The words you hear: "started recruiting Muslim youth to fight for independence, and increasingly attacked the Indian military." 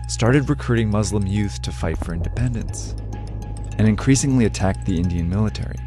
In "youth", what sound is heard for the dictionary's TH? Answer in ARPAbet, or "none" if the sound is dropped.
TH